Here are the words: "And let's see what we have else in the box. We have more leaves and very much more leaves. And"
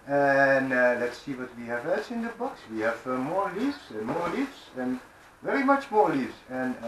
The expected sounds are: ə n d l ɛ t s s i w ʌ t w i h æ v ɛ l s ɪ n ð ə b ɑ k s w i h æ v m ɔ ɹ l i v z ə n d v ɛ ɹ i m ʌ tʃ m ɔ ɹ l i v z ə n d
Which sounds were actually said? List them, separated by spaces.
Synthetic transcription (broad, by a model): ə n l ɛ t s s i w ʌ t w i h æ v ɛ s ɪ n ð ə b ɑ k s w i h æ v m ɔ ɹ l i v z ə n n v ɛ ɹ i m ʌ tʃ m ɔ ɹ l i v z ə n